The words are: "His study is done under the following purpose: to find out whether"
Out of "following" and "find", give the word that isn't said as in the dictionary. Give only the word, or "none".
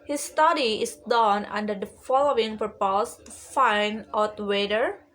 find